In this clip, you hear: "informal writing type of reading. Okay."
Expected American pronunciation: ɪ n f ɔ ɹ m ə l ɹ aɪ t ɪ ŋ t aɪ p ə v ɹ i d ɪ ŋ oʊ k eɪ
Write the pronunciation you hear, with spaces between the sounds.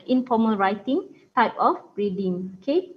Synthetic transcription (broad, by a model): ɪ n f ɔ m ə l ɹ aɪ t ɪ ŋ t aɪ p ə b ɹ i d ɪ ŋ oʊ k eɪ